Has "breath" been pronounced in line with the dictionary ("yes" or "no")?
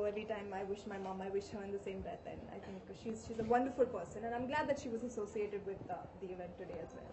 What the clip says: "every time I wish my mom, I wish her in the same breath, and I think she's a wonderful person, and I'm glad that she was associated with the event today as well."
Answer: no